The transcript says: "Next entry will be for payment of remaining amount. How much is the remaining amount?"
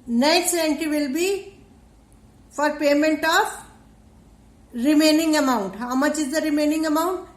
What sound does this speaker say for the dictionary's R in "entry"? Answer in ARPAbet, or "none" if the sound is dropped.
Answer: none